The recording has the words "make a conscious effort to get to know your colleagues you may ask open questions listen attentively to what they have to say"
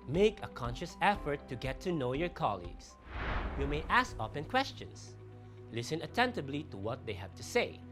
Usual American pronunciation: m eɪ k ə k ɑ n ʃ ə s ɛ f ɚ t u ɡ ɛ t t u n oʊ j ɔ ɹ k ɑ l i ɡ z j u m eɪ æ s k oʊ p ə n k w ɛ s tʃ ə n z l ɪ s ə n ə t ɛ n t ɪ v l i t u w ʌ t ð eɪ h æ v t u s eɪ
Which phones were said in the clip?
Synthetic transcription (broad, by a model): m eɪ k ə k ɑ n ʃ ə s ɛ f ɚ t u ɡ ɛ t t u n oʊ j ɔ ɹ k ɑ l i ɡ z j u m eɪ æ s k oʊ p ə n k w ɛ s tʃ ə n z l ɪ s ə n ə t ɛ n t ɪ b l i t u w ʌ t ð eɪ h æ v t u s eɪ